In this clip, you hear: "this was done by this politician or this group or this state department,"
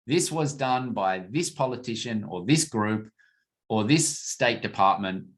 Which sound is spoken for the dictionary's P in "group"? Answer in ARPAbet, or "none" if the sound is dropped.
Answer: P